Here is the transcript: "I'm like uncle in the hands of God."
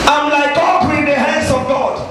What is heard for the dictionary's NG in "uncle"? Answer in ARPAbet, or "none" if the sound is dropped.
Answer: none